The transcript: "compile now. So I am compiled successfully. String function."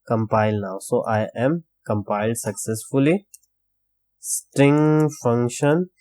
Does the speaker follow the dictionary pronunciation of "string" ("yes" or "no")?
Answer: yes